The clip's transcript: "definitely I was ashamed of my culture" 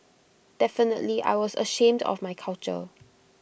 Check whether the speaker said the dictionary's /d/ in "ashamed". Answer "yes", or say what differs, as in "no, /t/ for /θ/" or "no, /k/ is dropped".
yes